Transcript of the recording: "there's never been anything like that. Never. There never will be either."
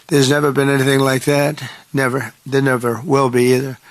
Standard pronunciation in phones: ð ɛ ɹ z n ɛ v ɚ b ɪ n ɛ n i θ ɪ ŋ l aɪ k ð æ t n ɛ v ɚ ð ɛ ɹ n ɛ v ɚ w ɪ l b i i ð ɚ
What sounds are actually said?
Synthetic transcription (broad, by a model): ð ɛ ɹ z n ɛ v ɚ b ɪ n ɛ n i θ ɪ ŋ l aɪ k ð æ t n ɛ v ɚ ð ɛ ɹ n ɛ v ɚ w ɪ l b i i ð ɚ